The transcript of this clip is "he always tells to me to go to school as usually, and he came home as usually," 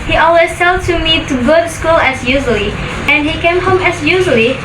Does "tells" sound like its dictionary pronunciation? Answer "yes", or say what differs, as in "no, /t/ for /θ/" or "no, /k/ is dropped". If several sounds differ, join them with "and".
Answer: no, /s/ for /t/ and /z/ is dropped